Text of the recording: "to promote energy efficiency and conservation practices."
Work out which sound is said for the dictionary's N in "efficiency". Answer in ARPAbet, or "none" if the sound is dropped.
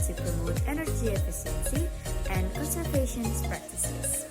L